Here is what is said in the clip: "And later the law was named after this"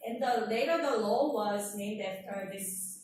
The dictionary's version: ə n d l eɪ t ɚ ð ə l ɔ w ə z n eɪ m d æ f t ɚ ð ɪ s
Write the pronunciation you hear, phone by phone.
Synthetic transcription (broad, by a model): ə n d l eɪ t ɚ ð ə l ɔ w ə z n eɪ m d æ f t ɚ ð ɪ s